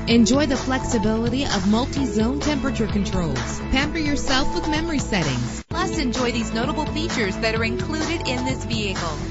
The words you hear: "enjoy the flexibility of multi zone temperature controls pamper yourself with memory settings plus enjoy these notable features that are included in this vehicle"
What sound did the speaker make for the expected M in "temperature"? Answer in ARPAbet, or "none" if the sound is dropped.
M